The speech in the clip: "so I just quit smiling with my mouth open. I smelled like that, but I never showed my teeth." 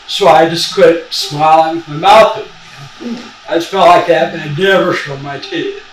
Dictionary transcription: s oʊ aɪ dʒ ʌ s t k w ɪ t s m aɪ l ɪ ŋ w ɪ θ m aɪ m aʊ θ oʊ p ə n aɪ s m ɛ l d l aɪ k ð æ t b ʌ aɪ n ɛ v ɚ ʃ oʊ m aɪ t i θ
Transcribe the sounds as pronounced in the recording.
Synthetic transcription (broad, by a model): s oʊ aɪ dʒ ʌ s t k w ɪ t s m aɪ l ɪ ŋ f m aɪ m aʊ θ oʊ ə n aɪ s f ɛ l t l aɪ k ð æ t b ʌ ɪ n ɛ v ɚ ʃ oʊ m aɪ t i